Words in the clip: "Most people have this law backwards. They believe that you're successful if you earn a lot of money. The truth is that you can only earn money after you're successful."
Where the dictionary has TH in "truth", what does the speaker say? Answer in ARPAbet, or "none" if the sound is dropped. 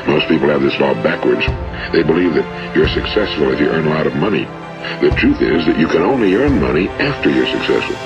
TH